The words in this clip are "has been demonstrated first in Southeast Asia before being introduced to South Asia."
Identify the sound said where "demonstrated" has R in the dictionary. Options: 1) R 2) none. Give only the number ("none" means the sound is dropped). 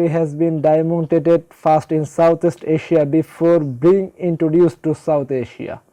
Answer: 2